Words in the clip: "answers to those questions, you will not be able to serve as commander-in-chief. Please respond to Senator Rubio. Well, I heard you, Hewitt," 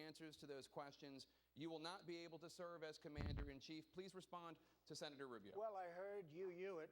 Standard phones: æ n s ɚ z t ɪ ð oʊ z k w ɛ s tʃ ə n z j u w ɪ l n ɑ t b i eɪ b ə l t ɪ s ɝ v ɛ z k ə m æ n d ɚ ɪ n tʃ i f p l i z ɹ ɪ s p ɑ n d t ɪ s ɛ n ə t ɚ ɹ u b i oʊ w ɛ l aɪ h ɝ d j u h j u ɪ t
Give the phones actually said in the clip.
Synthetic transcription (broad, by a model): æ n s ɚ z t ɪ ð oʊ z k w ɛ s tʃ ə n z j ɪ w ɪ l n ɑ t b i eɪ b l t ɪ s ɝ v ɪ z k ə m æ n d ɚ ɪ n tʃ i f p l i z ɹ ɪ s p ɑ n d t ɪ s ɛ n ə t ɚ ɹ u b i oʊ w ɛ l aɪ h ɝ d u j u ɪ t